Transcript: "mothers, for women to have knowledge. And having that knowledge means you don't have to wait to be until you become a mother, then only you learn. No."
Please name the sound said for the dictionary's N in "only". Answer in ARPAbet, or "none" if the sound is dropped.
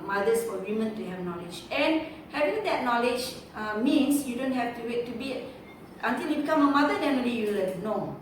none